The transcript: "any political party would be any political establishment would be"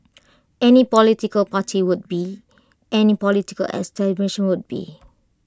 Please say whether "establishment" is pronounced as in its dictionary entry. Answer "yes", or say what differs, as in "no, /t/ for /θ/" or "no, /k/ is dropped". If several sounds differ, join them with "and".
no, /n/ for /l/ and /m/ is dropped